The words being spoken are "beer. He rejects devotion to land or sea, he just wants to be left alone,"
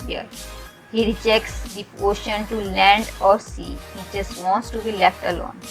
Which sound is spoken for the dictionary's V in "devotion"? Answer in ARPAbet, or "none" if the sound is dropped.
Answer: none